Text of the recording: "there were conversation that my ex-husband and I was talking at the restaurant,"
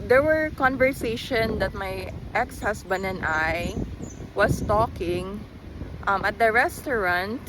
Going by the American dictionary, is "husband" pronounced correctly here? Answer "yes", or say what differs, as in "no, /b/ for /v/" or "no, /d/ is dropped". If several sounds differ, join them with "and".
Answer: no, /s/ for /z/